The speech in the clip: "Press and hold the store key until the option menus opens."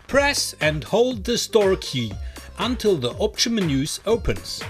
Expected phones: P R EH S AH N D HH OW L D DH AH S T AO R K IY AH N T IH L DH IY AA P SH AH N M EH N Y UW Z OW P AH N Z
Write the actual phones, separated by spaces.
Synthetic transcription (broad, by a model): P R EH S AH N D HH OW L D DH AH S T AO R K IY AH N T IH L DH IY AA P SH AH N M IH N Y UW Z OW P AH N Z